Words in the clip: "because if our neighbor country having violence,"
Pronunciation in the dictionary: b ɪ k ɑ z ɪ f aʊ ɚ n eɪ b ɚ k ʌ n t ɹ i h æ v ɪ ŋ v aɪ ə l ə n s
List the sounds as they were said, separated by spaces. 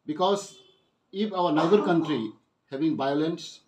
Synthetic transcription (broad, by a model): b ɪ k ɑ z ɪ p aʊ ɚ n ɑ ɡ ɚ k ʌ n t ɹ i h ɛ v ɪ ŋ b aɪ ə l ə n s